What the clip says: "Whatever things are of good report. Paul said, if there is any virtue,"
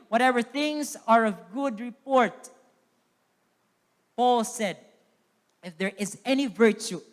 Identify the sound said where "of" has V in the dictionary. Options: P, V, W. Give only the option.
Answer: V